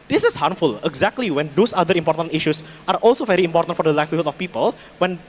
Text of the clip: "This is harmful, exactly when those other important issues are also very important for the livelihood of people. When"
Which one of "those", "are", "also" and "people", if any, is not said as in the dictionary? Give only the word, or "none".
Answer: those